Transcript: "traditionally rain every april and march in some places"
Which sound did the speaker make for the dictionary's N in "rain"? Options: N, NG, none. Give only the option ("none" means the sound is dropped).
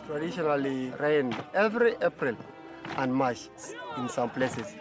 N